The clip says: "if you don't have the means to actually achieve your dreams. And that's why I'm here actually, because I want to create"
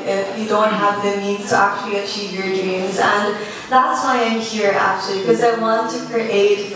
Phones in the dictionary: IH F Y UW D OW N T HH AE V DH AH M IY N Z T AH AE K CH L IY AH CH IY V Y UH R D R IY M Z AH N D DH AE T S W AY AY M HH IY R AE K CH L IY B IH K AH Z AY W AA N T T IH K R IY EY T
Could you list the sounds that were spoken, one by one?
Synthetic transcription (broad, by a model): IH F Y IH D OW N T HH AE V DH AH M IY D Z T AH AE K CH L IY AH CH IY V Y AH R D R IY M Z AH N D DH AE T S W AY AY M HH IY R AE K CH IY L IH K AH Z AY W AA N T T IH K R IY EY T